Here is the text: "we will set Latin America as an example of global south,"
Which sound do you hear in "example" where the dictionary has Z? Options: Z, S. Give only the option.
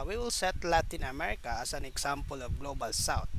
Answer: S